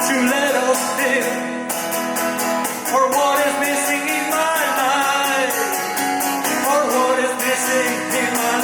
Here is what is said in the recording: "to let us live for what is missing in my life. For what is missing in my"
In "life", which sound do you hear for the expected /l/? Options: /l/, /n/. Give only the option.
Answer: /n/